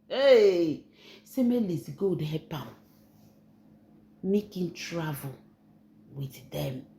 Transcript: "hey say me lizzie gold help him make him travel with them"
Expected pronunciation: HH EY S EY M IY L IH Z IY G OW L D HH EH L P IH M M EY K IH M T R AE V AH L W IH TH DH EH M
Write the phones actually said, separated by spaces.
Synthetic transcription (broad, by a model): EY S EY M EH L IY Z G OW D HH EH P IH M M EY K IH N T R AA V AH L W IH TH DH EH M